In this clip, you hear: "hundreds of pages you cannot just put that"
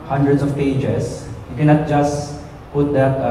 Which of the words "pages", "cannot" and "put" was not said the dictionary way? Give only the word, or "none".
pages